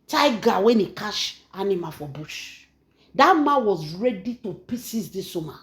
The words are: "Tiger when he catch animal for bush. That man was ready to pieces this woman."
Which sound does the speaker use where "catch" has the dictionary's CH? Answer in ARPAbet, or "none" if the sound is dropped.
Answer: SH